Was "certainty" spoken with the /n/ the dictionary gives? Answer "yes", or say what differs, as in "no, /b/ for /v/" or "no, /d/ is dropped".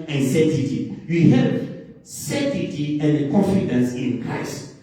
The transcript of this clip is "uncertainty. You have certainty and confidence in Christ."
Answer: no, /n/ is dropped